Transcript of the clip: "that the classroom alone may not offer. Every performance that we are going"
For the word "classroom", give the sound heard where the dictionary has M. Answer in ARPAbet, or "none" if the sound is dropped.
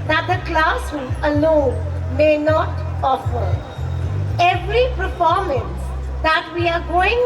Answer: none